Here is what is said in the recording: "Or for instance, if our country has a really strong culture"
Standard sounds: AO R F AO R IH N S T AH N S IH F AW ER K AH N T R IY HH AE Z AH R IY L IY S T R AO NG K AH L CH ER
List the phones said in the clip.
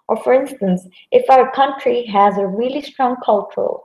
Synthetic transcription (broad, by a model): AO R F AO R IH N S T AH N S IH F AW ER K AH N T R IY HH AE Z AH R IY L IY S T R AO NG K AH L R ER